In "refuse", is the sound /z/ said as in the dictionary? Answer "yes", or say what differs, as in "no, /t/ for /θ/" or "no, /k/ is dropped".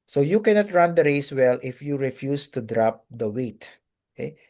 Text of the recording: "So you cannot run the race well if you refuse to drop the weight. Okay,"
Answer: no, /s/ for /z/